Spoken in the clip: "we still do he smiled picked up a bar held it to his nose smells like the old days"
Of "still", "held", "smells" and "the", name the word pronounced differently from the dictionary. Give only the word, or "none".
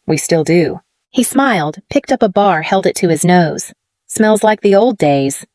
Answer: none